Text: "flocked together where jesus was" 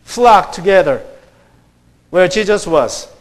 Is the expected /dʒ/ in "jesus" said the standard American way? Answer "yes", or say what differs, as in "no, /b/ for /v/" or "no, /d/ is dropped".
no, /ʃ/ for /dʒ/